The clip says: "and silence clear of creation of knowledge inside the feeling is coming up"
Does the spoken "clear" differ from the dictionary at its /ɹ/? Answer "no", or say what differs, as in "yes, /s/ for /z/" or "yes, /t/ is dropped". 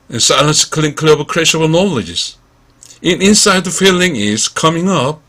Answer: yes, /l/ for /ɹ/